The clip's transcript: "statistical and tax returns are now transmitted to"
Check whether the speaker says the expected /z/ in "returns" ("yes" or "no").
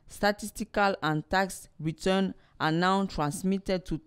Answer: no